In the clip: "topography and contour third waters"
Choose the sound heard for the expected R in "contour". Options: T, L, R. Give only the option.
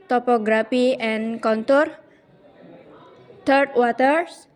R